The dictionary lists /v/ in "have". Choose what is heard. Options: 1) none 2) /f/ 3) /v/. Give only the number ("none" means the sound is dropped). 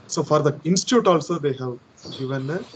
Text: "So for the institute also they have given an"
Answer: 3